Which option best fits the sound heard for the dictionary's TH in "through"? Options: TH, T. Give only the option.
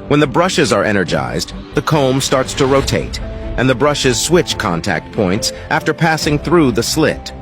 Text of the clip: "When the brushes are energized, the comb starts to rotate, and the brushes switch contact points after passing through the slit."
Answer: TH